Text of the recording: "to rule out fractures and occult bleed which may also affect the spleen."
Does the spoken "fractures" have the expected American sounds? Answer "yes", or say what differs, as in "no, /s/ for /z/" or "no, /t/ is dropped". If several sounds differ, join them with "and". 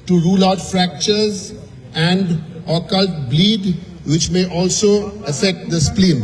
yes